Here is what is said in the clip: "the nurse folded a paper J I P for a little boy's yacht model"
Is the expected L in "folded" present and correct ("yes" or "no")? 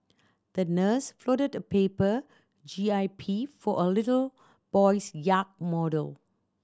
no